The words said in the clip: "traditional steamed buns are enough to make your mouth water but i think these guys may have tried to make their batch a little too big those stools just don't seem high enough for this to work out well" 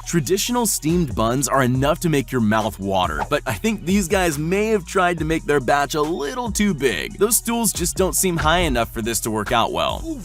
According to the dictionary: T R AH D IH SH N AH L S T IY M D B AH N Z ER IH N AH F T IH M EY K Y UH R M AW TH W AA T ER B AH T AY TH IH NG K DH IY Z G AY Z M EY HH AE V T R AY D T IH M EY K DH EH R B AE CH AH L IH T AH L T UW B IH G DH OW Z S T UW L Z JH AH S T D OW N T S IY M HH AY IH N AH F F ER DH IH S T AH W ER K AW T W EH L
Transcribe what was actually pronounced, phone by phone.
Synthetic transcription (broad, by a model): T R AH D IH SH N L S T IY M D B AH N Z ER IH N AH F T IH M EY K Y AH R M AW TH W AA T ER B AH T AY TH IH NG K DH IY Z G AY Z M EY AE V T R AY D T IH M EY K DH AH R B AE CH AH L IH T L T UW B IH G DH OW Z S T UW L Z JH AH S D OW N T S IY M HH AY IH N AH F F ER DH IH S T AH W ER K AW T W EH L